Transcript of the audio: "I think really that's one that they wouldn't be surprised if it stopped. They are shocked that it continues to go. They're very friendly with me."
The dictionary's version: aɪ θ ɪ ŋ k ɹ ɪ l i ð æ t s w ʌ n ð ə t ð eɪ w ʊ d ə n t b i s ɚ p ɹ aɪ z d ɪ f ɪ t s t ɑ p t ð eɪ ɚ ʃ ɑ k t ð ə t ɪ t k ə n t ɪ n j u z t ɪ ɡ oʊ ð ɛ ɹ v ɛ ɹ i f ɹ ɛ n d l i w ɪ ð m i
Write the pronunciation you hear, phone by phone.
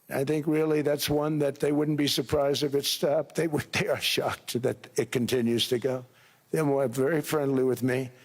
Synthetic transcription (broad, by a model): aɪ θ ɪ ŋ k ɹ ɪ l i ð æ t s w ʌ n ð ə t ð eɪ w ʊ d n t b i s ɚ p ɹ aɪ z d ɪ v ɪ t s t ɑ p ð ð eɪ ɚ ʃ ɑ k t ð ə t ɪ t k ə n t ɪ n j u z t ɪ ɡ oʊ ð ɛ w v ɛ ɹ i f ɹ ɛ n d l i w ɪ ð m i